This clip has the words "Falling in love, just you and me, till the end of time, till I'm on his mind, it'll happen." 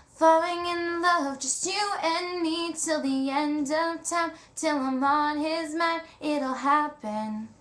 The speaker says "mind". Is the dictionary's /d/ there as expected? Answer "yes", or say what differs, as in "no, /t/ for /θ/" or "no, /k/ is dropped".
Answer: no, /d/ is dropped